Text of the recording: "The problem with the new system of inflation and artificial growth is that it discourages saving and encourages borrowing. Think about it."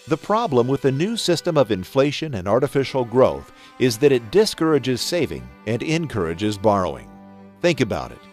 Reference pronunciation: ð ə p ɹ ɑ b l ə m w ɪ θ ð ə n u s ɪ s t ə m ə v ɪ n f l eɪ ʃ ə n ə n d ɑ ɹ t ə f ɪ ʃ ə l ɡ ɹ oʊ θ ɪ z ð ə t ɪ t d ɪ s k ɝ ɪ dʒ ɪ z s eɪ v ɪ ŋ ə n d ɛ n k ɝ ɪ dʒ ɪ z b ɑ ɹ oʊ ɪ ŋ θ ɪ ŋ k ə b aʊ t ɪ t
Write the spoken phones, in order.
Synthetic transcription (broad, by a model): ð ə p ɹ ɑ b l ə m w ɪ ð ə n u s ɪ s t ə m ə v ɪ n f l eɪ ʃ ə n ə n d ɑ ɹ t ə f ɪ ʃ l ɡ ɹ oʊ θ ɪ z ð ə t ɪ t d ɪ s k ɝ ɪ dʒ ɪ z s eɪ v ɪ ŋ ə n ɛ n k ɝ ɪ dʒ ɪ z b ɑ ɹ oʊ ɪ ŋ θ ɪ ŋ k ə b aʊ t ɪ t